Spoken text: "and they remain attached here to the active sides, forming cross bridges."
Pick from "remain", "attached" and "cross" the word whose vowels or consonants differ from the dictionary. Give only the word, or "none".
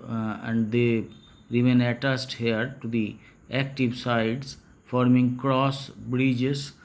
attached